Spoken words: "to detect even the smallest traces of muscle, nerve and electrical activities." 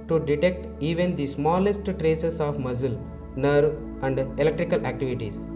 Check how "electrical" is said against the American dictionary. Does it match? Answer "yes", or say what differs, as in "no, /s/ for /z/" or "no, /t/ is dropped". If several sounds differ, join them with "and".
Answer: yes